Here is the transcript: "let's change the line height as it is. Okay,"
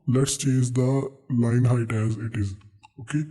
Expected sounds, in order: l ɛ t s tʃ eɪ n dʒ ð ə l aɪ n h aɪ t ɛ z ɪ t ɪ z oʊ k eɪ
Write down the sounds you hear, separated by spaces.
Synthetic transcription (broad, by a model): l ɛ t s tʃ eɪ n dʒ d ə l aɪ n h aɪ t ɛ z ɪ t ɪ z oʊ k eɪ